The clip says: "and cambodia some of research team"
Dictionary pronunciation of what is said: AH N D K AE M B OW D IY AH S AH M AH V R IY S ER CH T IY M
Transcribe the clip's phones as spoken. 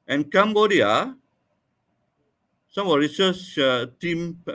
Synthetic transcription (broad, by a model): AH N K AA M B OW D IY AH S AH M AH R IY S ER S T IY M